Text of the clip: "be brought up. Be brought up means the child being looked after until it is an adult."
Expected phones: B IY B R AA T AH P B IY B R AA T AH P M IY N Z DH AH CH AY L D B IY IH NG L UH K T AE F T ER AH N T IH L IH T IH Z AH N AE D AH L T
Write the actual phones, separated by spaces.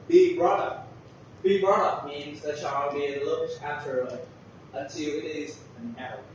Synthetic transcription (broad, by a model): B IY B R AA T AH P B IY B R AA T AH P M IY N Z DH AH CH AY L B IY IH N L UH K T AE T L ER AH N T IH L IH T IH Z AH N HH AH